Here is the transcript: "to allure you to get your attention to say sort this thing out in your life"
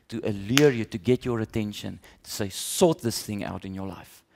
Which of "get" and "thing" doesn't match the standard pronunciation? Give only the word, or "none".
none